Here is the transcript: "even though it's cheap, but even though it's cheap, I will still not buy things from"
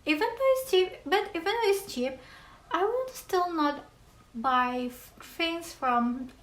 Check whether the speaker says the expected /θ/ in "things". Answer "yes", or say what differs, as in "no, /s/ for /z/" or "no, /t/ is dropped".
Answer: no, /f/ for /θ/